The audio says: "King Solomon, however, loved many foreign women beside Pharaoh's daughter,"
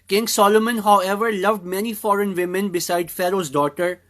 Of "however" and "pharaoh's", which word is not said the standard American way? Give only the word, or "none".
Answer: none